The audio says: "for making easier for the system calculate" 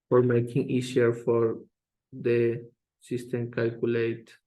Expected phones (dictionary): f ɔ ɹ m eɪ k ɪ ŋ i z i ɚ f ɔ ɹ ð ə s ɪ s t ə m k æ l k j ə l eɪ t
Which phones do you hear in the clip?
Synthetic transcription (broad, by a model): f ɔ ɹ m eɪ k ɪ ŋ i s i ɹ f ɔ ɹ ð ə s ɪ s t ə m k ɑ l k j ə l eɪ t